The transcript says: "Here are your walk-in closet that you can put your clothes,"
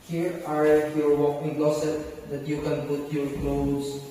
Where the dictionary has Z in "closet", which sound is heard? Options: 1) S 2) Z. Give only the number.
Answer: 1